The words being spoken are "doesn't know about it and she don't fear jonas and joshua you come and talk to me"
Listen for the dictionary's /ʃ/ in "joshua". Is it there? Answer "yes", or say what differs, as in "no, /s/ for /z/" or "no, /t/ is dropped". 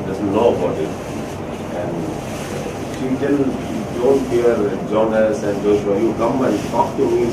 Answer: no, /s/ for /ʃ/